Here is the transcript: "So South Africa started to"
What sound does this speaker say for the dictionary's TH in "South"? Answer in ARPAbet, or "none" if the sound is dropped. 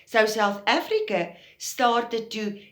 TH